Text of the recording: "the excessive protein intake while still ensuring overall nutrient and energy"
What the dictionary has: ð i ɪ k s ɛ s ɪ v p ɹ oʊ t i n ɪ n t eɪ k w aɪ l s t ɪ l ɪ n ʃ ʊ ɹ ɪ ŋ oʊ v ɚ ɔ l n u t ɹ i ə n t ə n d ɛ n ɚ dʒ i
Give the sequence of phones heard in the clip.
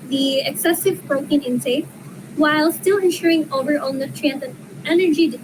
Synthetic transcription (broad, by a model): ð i ɪ k s ɛ s ɪ v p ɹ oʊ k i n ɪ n s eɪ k w aɪ l s t ɪ l ɪ n ʃ ʊ ɹ ɪ ŋ oʊ v ɚ ɔ l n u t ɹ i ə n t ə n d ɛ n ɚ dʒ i